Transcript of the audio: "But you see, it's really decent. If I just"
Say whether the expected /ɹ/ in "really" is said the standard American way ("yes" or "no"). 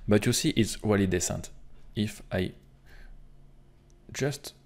no